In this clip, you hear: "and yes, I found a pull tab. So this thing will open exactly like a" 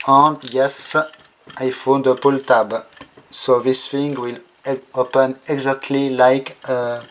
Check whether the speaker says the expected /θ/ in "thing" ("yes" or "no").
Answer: no